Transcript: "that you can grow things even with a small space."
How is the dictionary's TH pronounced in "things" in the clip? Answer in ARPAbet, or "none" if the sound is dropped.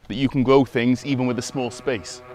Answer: TH